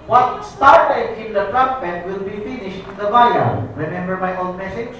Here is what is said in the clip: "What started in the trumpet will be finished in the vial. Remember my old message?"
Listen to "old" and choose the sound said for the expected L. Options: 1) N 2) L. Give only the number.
1